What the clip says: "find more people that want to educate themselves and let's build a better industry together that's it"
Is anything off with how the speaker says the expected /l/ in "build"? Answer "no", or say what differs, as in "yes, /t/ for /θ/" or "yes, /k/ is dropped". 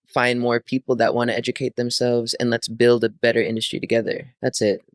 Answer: no